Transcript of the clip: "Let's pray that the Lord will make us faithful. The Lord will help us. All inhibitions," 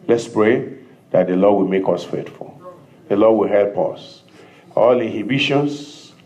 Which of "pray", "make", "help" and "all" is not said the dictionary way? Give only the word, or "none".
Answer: none